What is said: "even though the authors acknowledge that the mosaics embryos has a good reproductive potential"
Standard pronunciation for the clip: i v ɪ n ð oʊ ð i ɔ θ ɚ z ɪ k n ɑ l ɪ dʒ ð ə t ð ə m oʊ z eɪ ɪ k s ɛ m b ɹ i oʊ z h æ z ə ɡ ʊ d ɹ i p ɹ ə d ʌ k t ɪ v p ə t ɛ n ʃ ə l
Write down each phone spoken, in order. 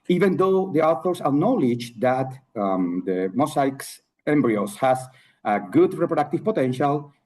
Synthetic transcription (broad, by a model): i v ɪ n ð oʊ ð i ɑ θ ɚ s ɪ n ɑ l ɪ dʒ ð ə t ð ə m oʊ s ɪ k s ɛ m b ɹ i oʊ s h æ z ə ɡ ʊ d ɹ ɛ p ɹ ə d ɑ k t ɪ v p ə t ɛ n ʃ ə l